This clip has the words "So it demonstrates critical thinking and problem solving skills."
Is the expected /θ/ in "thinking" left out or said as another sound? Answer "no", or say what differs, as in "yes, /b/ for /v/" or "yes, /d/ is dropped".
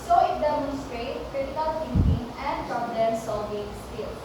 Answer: yes, /t/ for /θ/